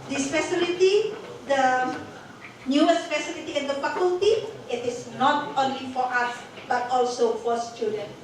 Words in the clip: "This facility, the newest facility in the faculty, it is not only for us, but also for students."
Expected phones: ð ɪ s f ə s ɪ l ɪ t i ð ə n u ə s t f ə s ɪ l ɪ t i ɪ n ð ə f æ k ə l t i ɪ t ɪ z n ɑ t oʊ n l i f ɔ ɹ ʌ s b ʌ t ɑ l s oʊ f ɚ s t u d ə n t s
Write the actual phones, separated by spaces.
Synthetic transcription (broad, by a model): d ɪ s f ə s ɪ l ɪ t i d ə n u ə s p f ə s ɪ l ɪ t i ɪ n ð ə p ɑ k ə l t i ɪ t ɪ s n ɑ t oʊ n l i f ɔ ɹ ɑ s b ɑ t ɑ l s oʊ f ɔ s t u d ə n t